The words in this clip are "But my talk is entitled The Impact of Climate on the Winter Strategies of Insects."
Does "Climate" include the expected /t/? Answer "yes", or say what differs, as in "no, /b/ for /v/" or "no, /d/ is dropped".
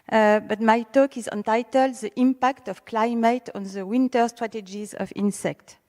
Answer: yes